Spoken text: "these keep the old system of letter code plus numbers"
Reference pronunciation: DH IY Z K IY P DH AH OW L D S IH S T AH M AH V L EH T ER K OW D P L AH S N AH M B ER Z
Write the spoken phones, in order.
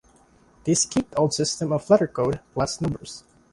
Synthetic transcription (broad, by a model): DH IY S K IY P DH OW L D S IH S T AH M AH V L EH T ER K OW D P L AH S N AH M B ER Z